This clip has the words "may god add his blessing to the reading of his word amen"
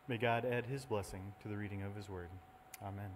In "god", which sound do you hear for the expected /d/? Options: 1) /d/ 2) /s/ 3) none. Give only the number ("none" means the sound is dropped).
1